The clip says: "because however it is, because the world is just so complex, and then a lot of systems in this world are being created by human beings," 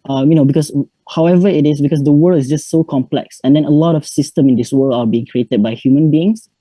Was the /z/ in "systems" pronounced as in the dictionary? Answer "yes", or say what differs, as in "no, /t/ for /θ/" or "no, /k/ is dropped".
no, /z/ is dropped